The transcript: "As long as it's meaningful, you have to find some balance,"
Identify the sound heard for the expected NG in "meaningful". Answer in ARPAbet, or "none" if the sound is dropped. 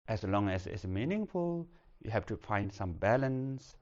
NG